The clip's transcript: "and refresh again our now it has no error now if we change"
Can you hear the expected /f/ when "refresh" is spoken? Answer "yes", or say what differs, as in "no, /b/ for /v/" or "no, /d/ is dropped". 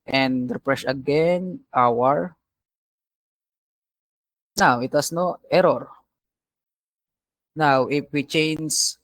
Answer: no, /p/ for /f/